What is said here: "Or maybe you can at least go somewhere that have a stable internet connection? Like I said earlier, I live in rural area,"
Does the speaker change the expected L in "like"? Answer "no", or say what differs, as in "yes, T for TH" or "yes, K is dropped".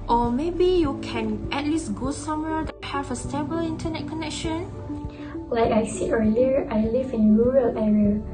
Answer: no